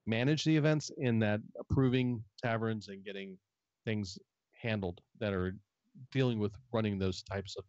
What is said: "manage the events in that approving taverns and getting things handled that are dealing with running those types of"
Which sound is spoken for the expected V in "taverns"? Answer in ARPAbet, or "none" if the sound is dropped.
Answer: V